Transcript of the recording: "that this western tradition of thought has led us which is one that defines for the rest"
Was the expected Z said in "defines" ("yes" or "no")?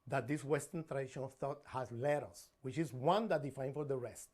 no